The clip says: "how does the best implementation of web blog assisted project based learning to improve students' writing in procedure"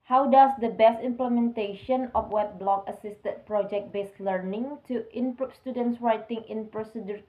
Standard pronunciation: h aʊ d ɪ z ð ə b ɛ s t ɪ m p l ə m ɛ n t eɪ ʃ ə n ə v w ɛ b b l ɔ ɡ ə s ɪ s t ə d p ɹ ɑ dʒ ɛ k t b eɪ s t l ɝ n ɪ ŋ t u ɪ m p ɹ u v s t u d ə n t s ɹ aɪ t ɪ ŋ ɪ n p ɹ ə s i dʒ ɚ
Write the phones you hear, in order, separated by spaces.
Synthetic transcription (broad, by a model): h aʊ d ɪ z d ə b ɛ s t ɪ m p l ə m ɛ n t eɪ ʃ ə n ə f w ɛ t b l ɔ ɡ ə s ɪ s t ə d p ɹ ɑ dʒ ɛ k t b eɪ s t l ɝ n ɪ ŋ t u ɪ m p ɹ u p s t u d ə n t s ɹ aɪ t ɪ ŋ ɪ n p ɹ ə s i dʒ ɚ